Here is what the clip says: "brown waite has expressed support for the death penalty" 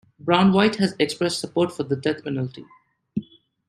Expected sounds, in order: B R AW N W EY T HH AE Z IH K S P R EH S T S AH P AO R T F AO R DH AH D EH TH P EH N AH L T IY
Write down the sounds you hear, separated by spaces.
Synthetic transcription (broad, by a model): B R AW N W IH T HH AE Z IH K S P R EH S T S AH P AO R T F AO R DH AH D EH T P EH N AH L T IY